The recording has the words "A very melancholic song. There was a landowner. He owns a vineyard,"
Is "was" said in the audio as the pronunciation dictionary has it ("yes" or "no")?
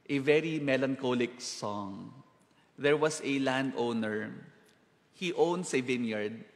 no